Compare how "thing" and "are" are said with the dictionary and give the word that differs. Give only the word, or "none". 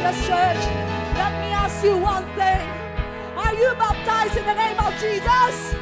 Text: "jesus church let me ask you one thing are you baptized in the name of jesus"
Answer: none